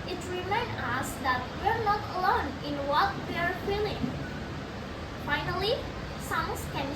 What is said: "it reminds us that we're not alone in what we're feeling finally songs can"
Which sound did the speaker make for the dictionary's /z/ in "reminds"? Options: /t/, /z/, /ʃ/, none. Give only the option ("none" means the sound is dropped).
none